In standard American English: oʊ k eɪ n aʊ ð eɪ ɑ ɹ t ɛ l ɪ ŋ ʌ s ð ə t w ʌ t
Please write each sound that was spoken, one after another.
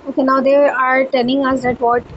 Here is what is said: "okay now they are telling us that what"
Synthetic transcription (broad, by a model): oʊ k eɪ n aʊ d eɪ ɑ ɹ t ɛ n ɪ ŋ ʌ s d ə t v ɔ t